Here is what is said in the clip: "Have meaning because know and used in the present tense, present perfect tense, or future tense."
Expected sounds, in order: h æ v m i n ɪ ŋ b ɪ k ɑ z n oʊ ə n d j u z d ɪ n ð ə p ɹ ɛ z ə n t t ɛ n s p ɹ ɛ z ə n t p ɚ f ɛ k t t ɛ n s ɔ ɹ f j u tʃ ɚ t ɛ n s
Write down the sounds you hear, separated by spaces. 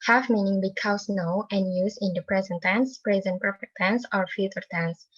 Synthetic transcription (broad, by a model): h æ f m i n ɪ ŋ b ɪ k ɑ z n oʊ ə n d j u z ɪ n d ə p ɹ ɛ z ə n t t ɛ n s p ɹ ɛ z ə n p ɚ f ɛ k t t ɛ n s ɔ ɹ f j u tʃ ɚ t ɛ n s